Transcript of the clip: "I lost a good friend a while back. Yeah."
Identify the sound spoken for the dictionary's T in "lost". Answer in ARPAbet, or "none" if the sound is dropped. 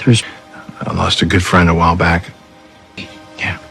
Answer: T